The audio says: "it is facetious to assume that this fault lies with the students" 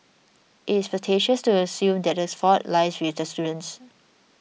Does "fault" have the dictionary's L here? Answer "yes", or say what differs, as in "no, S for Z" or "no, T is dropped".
no, L is dropped